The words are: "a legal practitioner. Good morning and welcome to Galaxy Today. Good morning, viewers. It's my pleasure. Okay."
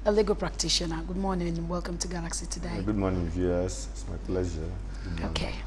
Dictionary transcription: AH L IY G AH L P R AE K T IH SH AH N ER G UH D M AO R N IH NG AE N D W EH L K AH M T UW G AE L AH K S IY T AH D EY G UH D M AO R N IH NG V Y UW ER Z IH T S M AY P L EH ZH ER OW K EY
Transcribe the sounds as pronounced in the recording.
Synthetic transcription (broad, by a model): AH L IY G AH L P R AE K T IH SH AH N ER G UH D M AO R N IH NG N W EH L K AH M T UW G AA L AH K S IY T AH D EY G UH D M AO N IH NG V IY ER S IH T S M AY P L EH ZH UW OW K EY